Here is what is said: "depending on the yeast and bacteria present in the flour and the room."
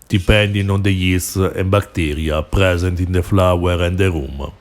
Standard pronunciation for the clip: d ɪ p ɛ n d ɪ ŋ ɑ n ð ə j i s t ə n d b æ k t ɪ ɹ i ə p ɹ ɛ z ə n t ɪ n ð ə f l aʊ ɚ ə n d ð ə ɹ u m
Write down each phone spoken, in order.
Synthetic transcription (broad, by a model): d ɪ p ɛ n d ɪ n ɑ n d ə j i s ə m b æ k t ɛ ɹ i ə p ɹ ɛ z ə n t ɪ n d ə f l aʊ ɚ ə n d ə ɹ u m